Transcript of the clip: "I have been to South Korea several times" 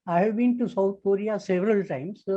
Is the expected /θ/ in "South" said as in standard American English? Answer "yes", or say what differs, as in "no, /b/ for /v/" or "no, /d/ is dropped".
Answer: no, /t/ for /θ/